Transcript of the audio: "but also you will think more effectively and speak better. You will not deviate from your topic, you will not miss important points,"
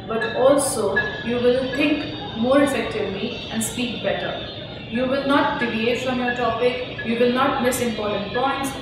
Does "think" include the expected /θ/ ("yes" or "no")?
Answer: no